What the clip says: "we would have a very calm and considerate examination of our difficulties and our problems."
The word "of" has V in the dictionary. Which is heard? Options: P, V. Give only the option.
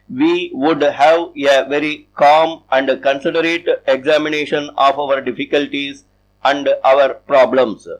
V